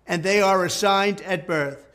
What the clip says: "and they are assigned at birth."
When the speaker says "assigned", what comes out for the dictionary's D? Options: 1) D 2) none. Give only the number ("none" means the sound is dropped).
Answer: 1